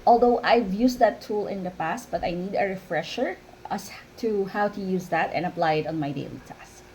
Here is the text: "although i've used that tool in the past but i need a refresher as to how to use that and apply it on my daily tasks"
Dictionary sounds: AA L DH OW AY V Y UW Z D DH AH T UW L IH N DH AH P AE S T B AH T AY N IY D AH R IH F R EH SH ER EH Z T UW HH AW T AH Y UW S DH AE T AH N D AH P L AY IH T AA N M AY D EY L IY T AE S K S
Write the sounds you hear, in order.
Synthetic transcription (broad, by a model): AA L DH OW AY V Y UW S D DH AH T UW L IH N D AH P AE S T B AH T AY N IY D AH R IH F R EH SH ER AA S T UW HH AW T AH Y UW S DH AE T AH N AH P L AY IH T AA N M AY D EY L IY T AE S S